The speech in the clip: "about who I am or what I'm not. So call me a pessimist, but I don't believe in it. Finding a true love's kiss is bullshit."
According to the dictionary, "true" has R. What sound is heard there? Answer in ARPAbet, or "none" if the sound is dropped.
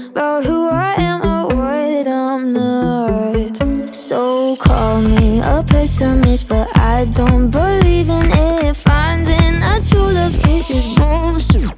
none